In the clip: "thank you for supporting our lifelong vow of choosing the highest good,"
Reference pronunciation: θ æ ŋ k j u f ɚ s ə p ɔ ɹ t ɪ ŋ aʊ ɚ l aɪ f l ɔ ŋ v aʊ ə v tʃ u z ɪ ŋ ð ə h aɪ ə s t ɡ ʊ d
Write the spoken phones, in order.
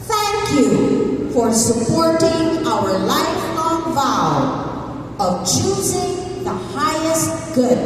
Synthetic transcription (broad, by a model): θ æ ŋ k j u f ɚ s ə p ɔ ɹ t ɪ ŋ aʊ ɚ l aɪ f ɔ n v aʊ ə v tʃ u z ɪ ŋ ð ə h aɪ ə s t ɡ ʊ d